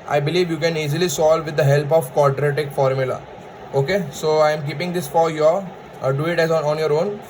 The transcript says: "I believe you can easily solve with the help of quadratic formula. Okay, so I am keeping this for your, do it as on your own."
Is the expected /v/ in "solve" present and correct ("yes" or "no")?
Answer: yes